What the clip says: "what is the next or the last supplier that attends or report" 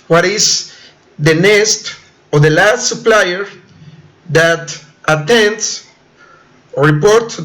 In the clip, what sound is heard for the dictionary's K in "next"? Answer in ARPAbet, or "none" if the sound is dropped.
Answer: none